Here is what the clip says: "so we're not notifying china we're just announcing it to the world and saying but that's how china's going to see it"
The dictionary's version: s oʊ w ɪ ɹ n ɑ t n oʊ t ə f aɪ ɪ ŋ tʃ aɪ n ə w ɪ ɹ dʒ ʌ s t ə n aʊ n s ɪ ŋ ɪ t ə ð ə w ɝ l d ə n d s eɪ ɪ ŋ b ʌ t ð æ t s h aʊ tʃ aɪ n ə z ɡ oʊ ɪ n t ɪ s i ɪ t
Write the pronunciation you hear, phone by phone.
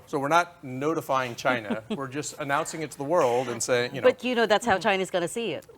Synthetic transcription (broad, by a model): s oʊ w ɪ ɹ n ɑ t n oʊ t ə f aɪ ɪ ŋ tʃ aɪ n ə w ɪ ɹ dʒ ʌ s t ə n aʊ n s ɪ ŋ ɪ t ə ð ə w ɝ l d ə n s eɪ ɪ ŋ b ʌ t ð æ t s h aʊ tʃ aɪ n ə z ɡ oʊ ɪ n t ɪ s i ɪ t